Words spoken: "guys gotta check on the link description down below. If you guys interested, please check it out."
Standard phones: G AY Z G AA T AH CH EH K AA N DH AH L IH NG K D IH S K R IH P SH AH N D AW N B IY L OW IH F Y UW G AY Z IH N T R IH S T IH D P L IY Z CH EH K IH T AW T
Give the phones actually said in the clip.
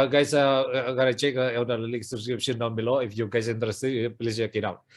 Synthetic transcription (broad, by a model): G AY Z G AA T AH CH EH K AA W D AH L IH K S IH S K R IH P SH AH N D AW N B IY L OW IH F Y UW G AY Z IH N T R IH S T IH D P L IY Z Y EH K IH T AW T